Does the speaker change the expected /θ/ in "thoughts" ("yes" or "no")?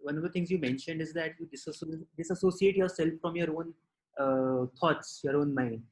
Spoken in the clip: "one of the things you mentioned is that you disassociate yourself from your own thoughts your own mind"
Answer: yes